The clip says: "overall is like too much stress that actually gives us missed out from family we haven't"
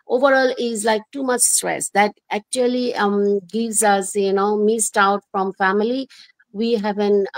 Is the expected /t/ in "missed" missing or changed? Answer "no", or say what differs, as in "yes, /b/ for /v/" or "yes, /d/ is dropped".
no